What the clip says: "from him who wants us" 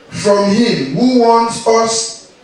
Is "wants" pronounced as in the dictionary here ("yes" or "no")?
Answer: no